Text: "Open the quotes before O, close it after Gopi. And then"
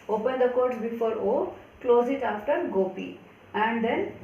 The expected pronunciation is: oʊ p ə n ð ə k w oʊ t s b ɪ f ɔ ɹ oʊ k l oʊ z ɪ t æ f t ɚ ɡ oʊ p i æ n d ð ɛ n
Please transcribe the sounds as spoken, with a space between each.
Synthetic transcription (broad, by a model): oʊ p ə n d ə k oʊ t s b ɪ f ɔ ɹ oʊ k l oʊ z ɪ t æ f t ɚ ɡ oʊ p i æ n d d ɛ n